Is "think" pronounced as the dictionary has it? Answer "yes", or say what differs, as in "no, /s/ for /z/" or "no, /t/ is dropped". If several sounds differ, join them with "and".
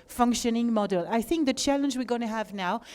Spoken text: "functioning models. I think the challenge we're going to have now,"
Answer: yes